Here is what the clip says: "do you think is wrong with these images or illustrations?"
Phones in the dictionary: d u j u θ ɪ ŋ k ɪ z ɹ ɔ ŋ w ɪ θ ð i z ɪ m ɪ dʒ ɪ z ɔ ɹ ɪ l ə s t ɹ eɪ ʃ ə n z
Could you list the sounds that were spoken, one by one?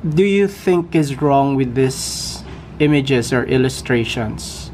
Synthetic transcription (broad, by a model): d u j u θ ɪ ŋ k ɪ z ɹ ɔ ŋ w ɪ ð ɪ s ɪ m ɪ dʒ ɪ s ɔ ɹ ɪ l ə s t ɹ eɪ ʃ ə n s